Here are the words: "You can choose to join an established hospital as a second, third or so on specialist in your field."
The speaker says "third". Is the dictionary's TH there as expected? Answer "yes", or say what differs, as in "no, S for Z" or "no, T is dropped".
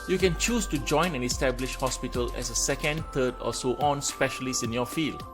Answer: no, T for TH